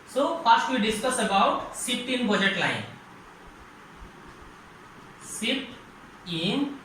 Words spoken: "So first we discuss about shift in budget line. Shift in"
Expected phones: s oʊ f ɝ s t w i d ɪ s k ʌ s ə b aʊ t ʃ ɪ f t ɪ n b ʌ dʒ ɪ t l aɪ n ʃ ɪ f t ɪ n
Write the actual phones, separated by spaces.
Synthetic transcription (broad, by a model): s oʊ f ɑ s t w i d ɪ s k ʌ s ə b aʊ t s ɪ p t ɪ n b ʌ dʒ ɪ t l aɪ n s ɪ t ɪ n